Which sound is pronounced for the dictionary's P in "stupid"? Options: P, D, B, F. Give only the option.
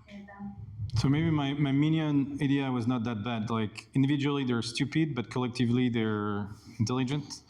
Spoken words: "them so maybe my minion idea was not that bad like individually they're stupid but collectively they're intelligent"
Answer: P